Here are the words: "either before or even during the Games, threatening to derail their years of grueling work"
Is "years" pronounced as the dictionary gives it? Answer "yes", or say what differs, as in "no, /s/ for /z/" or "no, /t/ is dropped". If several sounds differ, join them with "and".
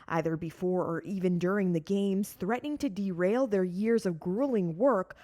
yes